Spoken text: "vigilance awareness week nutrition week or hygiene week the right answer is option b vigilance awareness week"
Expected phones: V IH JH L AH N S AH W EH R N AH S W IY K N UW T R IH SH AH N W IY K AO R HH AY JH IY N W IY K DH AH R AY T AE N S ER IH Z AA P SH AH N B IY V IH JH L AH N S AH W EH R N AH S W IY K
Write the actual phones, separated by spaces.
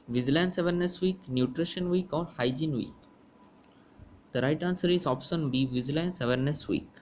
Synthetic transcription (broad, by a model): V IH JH L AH N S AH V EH R N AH S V IY K N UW T R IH SH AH N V IY K AO R HH AY JH IY N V IY K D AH R AY T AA N S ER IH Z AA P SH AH N B IY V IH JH L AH N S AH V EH R N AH S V IY K